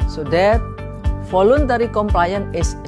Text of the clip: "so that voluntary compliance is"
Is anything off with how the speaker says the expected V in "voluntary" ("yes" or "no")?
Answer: yes